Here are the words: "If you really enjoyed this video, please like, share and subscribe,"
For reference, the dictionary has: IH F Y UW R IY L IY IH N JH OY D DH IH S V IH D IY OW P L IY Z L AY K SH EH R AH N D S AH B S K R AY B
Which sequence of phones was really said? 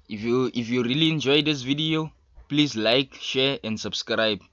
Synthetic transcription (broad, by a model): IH F Y UW R IY L IY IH N JH OY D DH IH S V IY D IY OW P L IY Z L AY K SH EH R AH N D S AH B S K R AY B